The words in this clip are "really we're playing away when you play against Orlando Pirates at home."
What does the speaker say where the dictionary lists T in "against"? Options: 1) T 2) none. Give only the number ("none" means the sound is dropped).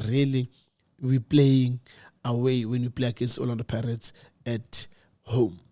2